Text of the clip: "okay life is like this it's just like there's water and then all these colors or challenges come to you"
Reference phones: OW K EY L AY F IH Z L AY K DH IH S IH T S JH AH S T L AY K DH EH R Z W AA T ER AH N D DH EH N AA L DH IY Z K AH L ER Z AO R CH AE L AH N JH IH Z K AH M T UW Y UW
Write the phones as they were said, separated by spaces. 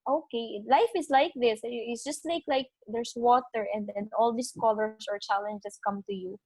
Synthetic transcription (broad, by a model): OW K EY L AY F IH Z L AY K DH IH S IH T S JH AH S T L AY K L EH R S W AA T ER AH N D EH N AA L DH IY S K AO L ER S AO R CH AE L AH N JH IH S K AH M T UW Y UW